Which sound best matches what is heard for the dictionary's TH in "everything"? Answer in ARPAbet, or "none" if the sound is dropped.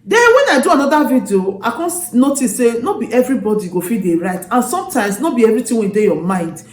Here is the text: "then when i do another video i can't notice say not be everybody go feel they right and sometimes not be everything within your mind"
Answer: T